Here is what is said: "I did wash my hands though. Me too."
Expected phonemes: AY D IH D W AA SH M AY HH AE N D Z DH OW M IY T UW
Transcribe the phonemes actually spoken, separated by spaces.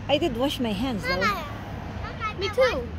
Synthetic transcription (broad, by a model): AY D IH D W AA SH M AY HH AE N D Z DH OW M IY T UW